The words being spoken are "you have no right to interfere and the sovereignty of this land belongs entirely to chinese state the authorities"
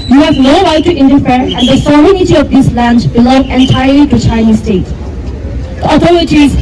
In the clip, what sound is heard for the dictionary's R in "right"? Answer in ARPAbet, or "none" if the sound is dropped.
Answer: W